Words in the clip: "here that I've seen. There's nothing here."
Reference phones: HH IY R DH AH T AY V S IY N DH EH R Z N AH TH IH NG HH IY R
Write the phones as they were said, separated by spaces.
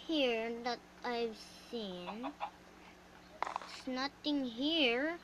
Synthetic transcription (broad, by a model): HH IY R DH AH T AY V S IY N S N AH T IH NG HH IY R